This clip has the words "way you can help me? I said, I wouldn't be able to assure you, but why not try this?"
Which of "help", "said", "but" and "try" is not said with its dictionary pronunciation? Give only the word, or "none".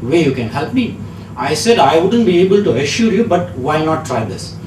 none